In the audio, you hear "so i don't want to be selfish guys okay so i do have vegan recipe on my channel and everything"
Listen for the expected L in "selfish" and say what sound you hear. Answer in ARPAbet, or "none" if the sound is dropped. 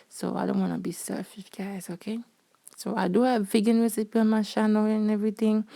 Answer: none